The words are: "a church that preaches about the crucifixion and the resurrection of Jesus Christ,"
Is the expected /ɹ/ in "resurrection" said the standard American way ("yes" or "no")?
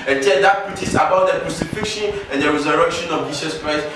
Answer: no